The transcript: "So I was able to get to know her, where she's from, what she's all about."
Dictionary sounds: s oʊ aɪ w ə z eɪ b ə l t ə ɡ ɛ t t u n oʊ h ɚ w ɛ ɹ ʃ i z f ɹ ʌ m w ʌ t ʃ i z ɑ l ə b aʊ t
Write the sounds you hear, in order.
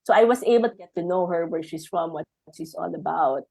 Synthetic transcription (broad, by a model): s oʊ aɪ w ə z eɪ b ə l t ə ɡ ɛ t t u n oʊ h ɚ w ɛ ɹ ʃ i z f ɹ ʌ m w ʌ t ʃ i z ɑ n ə b aʊ t